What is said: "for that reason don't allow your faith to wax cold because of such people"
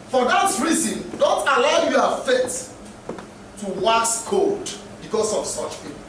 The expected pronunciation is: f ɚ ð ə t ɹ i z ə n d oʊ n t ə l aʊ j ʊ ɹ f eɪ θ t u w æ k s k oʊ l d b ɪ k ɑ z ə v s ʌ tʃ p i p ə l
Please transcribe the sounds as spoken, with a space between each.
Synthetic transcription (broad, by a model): f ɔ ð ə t ɹ i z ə n d oʊ n t ə l aʊ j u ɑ f eɪ t t u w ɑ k s k oʊ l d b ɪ k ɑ s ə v s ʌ tʃ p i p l